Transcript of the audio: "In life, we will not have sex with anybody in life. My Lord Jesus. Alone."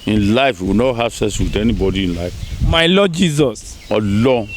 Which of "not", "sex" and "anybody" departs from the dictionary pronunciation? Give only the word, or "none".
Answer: sex